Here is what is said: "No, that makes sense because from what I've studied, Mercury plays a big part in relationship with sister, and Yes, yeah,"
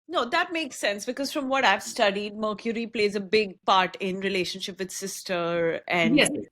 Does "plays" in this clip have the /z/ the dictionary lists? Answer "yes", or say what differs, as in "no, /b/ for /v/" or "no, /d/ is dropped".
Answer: yes